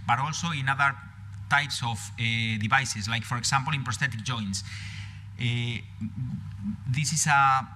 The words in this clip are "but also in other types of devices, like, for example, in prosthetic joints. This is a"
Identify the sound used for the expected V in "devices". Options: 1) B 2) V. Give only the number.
1